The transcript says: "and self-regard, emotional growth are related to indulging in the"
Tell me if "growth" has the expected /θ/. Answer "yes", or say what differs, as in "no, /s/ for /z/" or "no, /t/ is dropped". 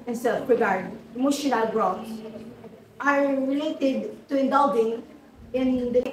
no, /s/ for /θ/